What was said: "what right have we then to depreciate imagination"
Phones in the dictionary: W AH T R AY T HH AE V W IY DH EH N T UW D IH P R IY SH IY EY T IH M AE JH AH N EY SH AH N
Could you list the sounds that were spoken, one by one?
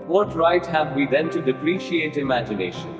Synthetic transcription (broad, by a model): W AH T R AY T HH AE V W IY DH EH N T UW D IH P R IY SH IY EY T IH M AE JH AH N EY SH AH N